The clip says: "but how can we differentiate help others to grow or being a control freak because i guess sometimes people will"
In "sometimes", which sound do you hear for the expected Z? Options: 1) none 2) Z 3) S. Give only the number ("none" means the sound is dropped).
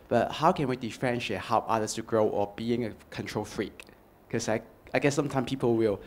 1